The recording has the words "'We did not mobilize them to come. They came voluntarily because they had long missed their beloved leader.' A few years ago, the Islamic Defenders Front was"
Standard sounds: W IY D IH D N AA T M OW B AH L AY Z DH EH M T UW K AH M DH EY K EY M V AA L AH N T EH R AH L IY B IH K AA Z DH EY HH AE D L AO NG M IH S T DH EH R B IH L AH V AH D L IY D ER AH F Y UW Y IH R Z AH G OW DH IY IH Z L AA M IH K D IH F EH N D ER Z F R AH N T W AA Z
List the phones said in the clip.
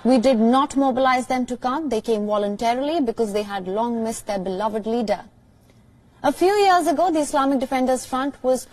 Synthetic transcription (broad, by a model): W IY D IH D N AA T M OW B AH L AY Z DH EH M T UW K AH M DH EY K EY M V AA L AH N T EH R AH L IY B IH K AA Z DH EY HH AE D L AO NG M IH S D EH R B IH L AH V AH D L IY D ER AH F Y UW Y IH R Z AH G OW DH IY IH S L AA M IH K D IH F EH N D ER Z F R AH N T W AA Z